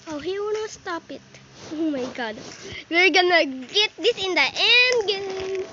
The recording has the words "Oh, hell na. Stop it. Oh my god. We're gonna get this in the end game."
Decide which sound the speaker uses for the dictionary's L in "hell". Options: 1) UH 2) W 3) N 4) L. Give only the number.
2